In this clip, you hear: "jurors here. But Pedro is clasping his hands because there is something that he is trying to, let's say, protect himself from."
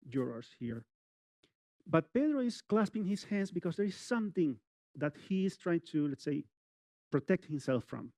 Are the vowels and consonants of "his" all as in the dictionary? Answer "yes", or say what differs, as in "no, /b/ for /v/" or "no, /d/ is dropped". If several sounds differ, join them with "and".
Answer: no, /s/ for /z/